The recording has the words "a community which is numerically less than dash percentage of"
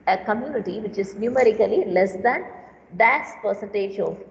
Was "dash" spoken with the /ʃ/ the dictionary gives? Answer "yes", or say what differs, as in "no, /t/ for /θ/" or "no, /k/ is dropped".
no, /s/ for /ʃ/